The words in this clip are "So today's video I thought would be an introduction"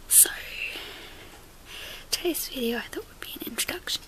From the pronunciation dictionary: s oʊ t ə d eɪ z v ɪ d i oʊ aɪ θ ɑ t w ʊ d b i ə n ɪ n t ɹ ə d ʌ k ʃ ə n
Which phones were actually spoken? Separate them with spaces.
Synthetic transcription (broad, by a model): s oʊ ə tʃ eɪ s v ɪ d i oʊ aɪ θ ɑ t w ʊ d b i ə n ɪ n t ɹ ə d ʌ k ʃ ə n